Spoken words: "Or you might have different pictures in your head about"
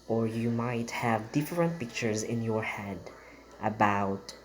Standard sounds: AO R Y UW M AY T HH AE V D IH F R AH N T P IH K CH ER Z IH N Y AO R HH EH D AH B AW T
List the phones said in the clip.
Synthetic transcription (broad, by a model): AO R Y UW M AY T HH AE V D IH F R AH N T P IH K CH ER Z IH N Y AO R HH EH D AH B AW T